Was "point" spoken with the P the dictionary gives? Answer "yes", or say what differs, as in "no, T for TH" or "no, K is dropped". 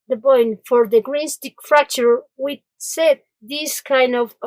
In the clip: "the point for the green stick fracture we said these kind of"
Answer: no, B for P